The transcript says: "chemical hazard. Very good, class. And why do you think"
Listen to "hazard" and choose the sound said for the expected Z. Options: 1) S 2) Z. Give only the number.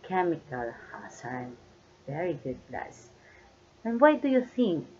1